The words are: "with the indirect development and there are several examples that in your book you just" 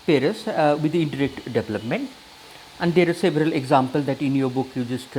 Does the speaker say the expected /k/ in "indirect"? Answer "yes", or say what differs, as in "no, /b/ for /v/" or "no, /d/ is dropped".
yes